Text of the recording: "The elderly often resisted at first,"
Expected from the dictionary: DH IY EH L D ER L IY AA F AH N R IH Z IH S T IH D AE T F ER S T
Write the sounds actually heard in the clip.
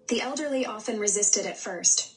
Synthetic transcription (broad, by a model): DH IY EH L D ER L IY AA F AH N R IH Z IH S T IH D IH T F ER S T